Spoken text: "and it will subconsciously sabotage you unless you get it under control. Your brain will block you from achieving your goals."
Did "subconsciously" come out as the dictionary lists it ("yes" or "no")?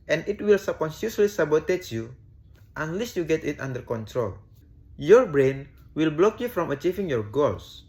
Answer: no